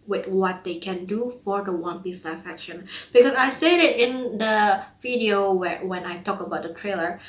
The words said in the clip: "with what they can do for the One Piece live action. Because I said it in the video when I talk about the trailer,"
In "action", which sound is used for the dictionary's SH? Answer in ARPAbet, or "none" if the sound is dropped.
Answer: SH